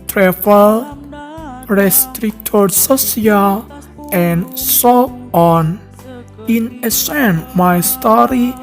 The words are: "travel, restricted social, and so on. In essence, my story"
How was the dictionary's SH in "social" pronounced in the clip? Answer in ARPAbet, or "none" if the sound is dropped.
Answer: S